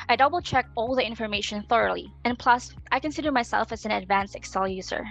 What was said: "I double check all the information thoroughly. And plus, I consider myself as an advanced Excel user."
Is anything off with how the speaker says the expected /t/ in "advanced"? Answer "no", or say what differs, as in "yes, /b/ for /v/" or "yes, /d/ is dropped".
yes, /t/ is dropped